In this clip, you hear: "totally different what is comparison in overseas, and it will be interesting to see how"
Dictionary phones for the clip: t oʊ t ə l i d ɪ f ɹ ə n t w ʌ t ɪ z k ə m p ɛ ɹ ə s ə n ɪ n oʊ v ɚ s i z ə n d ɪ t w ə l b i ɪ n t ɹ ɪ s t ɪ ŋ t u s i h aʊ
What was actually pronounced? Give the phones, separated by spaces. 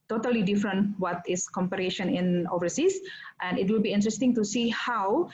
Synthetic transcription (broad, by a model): t oʊ t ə l i d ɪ f ɹ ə n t w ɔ t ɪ s k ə m p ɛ ɹ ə ʃ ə n ɪ n oʊ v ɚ s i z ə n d ɪ t w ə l b i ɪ n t ɹ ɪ s t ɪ ŋ t u s i h aʊ